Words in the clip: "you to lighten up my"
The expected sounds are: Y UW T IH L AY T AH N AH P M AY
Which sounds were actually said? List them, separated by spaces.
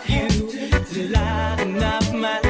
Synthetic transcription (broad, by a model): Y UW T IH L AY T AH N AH F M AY